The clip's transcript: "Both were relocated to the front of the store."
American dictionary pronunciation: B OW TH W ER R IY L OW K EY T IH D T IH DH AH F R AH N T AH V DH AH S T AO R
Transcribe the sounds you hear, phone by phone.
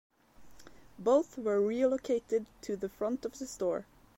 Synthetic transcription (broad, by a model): B OW TH W ER R IY L OW K EY T IH D T IH DH AH F R AH N T AH V DH AH S T AO R